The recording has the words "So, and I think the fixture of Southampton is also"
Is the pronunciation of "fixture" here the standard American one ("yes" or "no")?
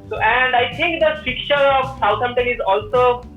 no